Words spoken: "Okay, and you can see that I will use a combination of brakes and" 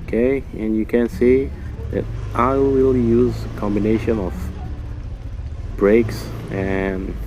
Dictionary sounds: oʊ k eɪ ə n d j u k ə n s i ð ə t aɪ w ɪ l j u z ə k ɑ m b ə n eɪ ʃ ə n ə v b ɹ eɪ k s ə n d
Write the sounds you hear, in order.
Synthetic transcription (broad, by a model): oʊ k eɪ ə n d j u k ə n s i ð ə t aɪ w ɪ l j u z ə k ɑ m b ə n eɪ ʃ ə n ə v b ɹ eɪ k s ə n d